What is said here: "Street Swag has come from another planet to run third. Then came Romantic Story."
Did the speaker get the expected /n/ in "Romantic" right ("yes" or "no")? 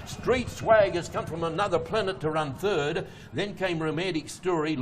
no